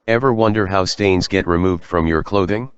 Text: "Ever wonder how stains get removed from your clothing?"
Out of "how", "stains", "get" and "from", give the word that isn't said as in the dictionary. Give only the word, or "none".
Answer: none